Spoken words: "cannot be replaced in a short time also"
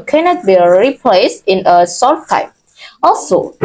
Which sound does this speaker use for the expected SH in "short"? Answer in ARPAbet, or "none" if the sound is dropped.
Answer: S